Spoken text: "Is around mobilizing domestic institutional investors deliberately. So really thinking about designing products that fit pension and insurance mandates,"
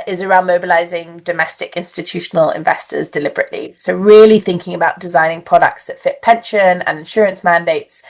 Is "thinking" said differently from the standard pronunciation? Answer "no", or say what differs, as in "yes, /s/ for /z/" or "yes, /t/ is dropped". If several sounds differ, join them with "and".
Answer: no